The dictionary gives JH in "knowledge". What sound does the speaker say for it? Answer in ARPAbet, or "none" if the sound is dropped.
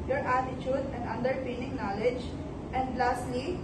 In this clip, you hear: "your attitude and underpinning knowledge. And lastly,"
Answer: JH